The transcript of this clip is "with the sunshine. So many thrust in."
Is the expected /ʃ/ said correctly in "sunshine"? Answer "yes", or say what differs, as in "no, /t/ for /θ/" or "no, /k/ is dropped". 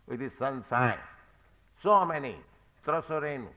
no, /s/ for /ʃ/